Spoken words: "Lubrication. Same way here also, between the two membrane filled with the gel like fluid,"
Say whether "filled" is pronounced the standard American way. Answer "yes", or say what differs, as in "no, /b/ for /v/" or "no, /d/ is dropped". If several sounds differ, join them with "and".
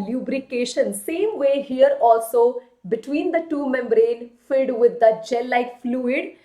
no, /l/ is dropped